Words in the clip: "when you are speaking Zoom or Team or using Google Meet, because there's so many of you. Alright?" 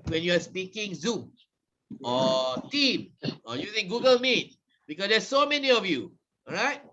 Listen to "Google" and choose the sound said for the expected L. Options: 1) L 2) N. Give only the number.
1